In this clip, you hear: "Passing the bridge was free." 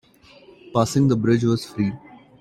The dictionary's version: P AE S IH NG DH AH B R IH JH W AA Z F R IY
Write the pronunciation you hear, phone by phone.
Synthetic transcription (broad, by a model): P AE S IH NG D AH B R IH JH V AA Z F R IY